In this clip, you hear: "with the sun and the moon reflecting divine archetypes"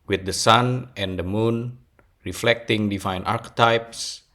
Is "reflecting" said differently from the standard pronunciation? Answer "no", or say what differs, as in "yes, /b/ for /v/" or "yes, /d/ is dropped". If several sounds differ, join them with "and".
no